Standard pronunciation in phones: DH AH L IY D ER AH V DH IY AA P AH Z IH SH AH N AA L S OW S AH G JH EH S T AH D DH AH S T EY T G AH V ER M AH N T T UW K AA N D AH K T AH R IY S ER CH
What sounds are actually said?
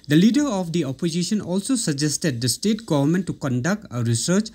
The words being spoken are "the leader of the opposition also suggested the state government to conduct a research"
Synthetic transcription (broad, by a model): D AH L IY D ER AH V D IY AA P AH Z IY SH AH N AA L S OW S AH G JH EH S T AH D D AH S T EY T G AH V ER M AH N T T UW K AA N D AH K T AH R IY S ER CH